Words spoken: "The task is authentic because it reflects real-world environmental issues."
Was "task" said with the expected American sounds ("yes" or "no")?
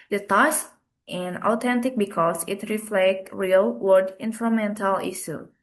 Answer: no